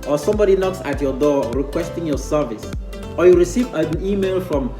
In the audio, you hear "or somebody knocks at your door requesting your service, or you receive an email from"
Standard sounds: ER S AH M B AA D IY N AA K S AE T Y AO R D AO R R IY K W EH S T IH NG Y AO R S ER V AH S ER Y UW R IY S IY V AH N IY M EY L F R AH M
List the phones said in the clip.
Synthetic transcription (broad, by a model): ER S AH M B AA D IY N AA K S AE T Y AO D AO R R IY K W EH S T IH NG Y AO S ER V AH S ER Y UW R IY S IY V AH N IY M EY L F R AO M